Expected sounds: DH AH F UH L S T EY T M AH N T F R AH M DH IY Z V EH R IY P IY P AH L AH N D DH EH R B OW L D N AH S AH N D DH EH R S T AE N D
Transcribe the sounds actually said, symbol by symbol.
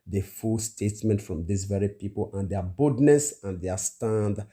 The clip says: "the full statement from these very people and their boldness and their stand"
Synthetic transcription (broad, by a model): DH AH F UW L S T EY T M AH N T F R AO M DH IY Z V EH R IY P IY P AH L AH N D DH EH B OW D N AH S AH N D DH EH S T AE N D